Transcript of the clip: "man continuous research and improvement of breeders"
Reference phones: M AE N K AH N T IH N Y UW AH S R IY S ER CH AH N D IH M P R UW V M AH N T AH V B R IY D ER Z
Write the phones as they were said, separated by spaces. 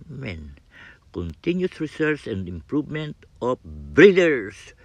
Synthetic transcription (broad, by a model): M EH N K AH N T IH N Y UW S R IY S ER S AH N D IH M P R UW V M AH N T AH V B R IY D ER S